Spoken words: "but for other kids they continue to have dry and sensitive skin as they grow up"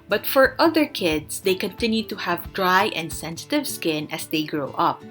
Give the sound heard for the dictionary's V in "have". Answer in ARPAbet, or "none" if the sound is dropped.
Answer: V